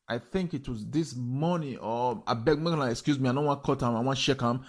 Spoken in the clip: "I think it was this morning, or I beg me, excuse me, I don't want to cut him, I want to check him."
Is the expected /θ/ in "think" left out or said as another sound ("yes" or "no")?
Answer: no